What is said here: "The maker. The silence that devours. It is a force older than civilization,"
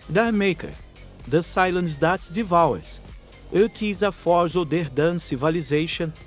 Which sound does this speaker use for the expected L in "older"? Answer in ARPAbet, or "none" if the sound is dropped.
none